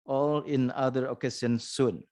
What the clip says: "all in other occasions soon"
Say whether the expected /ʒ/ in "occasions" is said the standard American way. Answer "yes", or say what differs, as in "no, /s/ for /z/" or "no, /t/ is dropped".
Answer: no, /s/ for /ʒ/